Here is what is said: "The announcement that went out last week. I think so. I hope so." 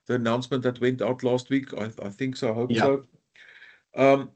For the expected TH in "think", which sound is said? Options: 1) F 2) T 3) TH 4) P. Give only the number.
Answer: 3